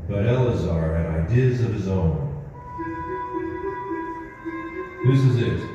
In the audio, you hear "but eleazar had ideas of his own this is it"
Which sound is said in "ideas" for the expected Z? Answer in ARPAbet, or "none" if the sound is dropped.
Z